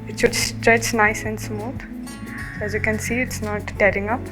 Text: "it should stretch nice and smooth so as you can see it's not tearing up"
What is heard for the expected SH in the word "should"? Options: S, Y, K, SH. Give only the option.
S